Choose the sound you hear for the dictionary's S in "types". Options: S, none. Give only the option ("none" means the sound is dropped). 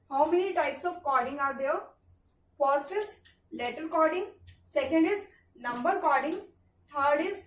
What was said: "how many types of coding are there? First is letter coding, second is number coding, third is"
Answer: S